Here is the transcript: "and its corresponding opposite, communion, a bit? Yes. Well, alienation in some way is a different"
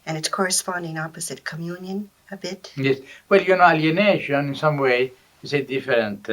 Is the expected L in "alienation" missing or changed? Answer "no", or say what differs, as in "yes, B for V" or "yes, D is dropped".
yes, N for L